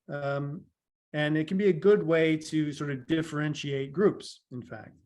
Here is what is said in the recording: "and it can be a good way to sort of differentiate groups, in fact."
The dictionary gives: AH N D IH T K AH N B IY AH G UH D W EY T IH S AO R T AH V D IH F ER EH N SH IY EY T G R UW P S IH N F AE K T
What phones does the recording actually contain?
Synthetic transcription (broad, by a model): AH N IH T K N B IY AH G UH D W EY T IH S AO R T AH V D IH F ER EH N SH IY EY T G R UW P S IH N F AE K T